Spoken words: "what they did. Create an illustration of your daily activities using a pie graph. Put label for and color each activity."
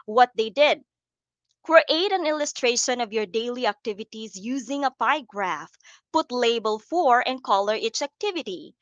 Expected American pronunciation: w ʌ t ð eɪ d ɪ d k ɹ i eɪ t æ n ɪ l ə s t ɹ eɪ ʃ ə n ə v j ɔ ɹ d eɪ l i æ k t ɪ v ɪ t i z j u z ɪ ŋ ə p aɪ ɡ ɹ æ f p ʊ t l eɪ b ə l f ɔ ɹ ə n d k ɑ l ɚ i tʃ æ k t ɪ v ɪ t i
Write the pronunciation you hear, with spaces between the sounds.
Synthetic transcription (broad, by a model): w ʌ t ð eɪ d ɪ d k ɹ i eɪ t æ n ɪ l ə s t ɹ eɪ ʃ ə n ə v j ɔ ɹ d eɪ l i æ k t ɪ v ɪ t i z j u z ɪ ŋ ə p aɪ ɡ ɹ æ f p ʊ t l eɪ b ə l f ɔ ɹ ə n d k ɑ l ɚ i tʃ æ k t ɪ v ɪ t i